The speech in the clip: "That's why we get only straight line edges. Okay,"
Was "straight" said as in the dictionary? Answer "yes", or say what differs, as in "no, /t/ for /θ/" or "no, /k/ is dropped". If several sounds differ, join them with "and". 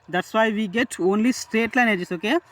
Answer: yes